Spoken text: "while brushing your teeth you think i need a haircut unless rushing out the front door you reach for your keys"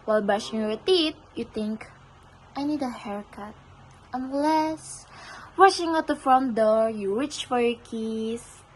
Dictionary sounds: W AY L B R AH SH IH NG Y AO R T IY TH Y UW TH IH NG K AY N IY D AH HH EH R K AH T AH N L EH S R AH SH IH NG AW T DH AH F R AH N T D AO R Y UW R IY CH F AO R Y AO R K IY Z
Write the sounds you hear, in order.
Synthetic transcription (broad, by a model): W AY L B AA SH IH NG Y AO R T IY T Y UW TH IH NG K AY N IY D AH HH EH R K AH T AH N L EH S W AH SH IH NG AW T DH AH F R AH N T D AO R Y UW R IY CH F AO R Y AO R K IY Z